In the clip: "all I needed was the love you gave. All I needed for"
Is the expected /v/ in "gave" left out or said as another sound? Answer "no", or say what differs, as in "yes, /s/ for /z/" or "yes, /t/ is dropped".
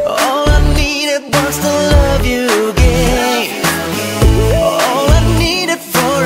yes, /v/ is dropped